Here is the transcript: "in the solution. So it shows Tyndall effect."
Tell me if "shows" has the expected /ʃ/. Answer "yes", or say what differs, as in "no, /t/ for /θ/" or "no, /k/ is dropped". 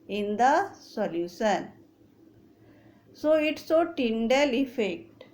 no, /s/ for /ʃ/